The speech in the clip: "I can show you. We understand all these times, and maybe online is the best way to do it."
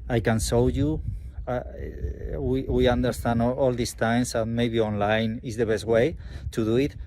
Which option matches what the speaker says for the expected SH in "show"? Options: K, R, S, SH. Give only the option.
S